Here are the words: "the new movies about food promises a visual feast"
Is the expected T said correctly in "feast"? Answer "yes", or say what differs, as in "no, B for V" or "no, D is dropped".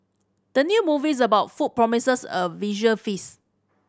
no, T is dropped